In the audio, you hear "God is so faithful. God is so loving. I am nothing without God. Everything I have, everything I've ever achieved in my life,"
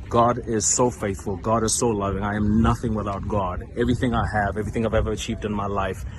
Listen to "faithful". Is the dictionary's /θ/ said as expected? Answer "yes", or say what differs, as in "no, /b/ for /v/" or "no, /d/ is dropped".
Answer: yes